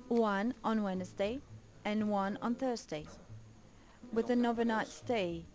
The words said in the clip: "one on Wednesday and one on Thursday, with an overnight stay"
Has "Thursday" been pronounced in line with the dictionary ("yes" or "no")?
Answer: yes